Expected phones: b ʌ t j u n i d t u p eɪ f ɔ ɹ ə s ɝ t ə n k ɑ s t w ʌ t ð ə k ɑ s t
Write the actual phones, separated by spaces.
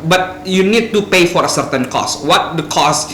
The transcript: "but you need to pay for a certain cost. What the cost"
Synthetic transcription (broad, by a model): b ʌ t j u n i d t u p eɪ f ɔ ɹ ə s ɝ t ə n k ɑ s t w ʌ t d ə k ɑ s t